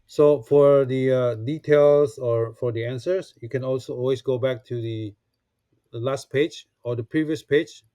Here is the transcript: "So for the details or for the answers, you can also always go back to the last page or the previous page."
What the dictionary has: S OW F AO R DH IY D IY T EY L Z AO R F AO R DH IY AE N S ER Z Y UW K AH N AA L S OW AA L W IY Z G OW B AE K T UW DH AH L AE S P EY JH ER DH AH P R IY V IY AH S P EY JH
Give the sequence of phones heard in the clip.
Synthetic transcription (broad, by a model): S OW F AO R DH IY D IY T EY L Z AO R F AO R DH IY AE N S ER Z Y UW K AH N AA L S OW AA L W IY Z G OW B AE K T UW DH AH L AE S P EY JH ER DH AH P R IY V IY AH S P EY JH